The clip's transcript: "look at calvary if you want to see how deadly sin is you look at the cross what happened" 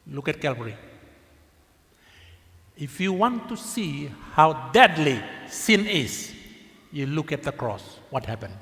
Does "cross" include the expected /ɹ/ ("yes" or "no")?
yes